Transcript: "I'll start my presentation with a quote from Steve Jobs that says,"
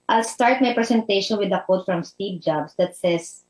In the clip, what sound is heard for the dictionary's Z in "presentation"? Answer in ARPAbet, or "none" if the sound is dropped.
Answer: S